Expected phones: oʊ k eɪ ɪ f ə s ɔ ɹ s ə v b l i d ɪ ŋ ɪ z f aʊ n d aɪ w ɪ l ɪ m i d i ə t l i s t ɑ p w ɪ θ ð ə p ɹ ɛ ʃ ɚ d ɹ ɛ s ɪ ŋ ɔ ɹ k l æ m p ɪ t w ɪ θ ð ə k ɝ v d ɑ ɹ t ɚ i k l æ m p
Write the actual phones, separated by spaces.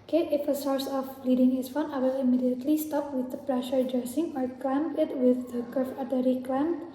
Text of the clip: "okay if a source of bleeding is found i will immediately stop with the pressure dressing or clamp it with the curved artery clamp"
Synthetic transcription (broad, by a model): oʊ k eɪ ɪ f ə s ɔ ɹ s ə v l i d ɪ ŋ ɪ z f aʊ n aɪ w ɪ l ɪ m i d i ə t l i s t ɑ p w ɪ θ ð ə p ɹ ɛ ʃ ɚ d ɹ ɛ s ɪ ŋ ɔ ɹ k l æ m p ɪ t w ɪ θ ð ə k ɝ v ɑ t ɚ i k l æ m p